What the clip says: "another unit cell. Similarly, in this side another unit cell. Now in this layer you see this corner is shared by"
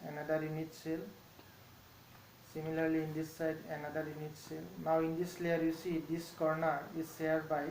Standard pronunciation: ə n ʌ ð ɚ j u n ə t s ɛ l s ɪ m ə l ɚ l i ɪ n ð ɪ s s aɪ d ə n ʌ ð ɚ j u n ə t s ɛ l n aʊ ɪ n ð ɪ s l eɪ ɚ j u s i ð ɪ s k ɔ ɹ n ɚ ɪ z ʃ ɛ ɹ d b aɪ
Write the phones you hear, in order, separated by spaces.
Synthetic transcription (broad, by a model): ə n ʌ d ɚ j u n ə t s ɛ l s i m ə l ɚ l i n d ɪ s s aɪ d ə n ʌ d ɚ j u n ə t s ɛ l n aʊ ɪ n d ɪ s l eɪ ɚ j u s i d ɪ s k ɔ ɹ n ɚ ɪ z s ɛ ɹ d b aɪ